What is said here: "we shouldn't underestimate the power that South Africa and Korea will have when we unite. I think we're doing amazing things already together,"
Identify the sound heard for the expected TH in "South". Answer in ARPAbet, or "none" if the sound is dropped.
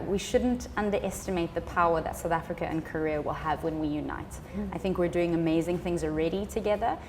TH